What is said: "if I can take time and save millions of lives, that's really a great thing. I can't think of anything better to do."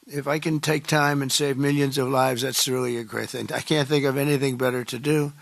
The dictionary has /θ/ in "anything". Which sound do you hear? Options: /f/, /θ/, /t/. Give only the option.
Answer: /θ/